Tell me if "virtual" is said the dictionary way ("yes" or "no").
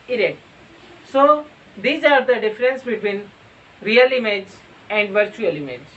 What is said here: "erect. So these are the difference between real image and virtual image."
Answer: yes